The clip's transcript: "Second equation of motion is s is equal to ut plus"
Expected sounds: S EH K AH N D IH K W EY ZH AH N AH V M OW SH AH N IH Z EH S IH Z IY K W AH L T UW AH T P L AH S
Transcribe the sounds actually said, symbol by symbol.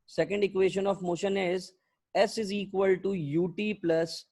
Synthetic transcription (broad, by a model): S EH K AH N D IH K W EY SH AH N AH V M OW SH AH N IH Z EH S IH Z IY K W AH L T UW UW T P L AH S